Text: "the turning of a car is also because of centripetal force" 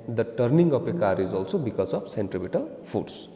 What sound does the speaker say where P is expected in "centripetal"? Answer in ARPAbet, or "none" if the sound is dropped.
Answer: B